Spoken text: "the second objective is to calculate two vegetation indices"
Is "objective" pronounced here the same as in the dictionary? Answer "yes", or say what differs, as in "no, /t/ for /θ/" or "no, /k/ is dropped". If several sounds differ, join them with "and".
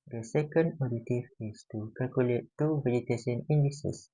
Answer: no, /k/ is dropped